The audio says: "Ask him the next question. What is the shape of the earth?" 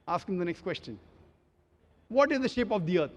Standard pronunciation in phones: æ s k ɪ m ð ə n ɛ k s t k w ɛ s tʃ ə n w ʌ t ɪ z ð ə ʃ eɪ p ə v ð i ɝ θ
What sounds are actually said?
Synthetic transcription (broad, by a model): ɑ s k ɪ m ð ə n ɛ k s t k w ɛ s tʃ ə n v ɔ t ɪ z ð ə ʃ eɪ p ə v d i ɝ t